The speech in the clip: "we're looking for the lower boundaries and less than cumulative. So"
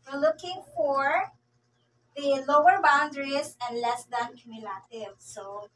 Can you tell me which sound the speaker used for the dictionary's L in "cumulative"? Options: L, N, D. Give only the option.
L